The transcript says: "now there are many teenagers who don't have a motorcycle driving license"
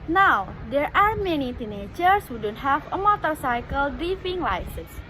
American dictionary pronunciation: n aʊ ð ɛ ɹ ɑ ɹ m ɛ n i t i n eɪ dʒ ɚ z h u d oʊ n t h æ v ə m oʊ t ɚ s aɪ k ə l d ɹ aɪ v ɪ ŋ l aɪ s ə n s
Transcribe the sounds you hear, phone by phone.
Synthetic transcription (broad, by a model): n aʊ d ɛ ɹ ɑ ɹ m ɛ n i t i n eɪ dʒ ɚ s h u d oʊ n t h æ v ə m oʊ t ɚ s aɪ k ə l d ɹ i f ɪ ŋ l aɪ s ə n s